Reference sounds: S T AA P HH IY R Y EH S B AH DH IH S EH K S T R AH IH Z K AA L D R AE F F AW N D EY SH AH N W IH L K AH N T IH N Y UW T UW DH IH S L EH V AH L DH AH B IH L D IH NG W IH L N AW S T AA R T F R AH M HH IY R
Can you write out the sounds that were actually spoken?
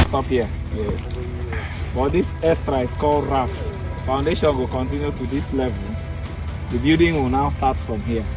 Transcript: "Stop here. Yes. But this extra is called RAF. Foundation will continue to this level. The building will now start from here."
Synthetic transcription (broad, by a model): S T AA P HH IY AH Y EH S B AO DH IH S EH S T R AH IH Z K AA L D R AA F F AW N D EY SH AH N W IH L K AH N T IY N Y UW T UW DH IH S L EH V AH L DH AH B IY D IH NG W IH L N AW S T AA T F R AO M HH IY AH